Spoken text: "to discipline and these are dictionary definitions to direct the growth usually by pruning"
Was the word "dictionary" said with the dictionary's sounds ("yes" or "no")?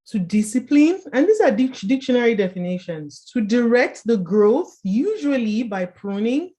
yes